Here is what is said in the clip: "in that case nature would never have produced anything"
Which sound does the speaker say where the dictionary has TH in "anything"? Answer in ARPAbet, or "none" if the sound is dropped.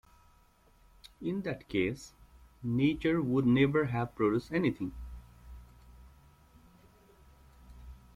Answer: T